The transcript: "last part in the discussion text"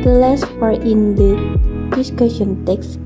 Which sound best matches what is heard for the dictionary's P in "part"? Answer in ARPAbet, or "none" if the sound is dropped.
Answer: F